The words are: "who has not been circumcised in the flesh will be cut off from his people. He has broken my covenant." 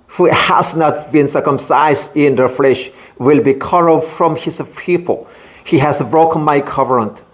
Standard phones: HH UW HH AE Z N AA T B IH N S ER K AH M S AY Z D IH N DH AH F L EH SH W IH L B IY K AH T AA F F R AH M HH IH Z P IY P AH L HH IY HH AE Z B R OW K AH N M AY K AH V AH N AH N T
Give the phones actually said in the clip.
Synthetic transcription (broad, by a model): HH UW HH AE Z N AA T B IH N S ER K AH M S AY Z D IH N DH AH F L EH SH W IH L B IY K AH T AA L F R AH M HH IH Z P IY P AH L HH IY HH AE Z B R OW K AH N M AY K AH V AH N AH N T